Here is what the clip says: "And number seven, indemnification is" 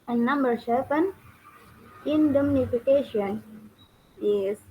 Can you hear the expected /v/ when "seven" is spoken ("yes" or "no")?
no